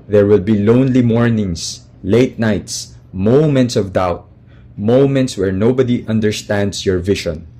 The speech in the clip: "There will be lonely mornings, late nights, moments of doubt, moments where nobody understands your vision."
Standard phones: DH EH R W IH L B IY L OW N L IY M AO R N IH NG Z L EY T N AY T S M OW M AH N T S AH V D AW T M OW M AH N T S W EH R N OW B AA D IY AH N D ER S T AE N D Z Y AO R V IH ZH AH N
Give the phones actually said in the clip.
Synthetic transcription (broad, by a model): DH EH R W IH L B IY L OW N L IY M AO R N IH NG S L EY T N AY T S M OW M AH N T S AH V D AW T M OW M AH N T S W EH R N OW B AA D IY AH N D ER S T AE N D S Y AO R V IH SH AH N